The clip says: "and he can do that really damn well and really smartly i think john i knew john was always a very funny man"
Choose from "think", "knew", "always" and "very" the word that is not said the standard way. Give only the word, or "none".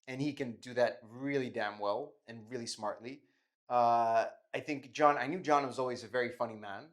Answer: none